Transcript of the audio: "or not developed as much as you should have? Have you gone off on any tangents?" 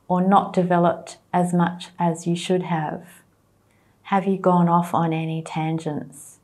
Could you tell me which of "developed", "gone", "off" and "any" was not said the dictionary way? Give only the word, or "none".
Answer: none